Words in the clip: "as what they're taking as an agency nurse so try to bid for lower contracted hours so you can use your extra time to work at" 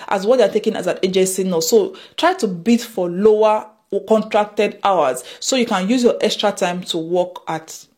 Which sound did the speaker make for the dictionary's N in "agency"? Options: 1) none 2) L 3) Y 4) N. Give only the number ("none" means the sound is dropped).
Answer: 1